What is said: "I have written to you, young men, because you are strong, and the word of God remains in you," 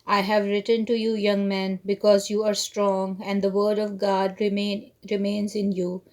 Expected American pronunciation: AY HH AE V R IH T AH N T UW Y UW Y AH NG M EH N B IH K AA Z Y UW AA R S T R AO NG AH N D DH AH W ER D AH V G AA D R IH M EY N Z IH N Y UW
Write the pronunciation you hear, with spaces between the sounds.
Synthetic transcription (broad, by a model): AY HH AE V R IH T AH N T UW Y UW Y AH NG M EH N B IH K AA Z Y UW AA R S T R AO NG AH N D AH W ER D AH V G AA D R IH M EY N Z IH N Y UW